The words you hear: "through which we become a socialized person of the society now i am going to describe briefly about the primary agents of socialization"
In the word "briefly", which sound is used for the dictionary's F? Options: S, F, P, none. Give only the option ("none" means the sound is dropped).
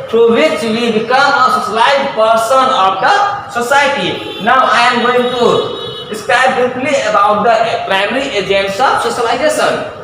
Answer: P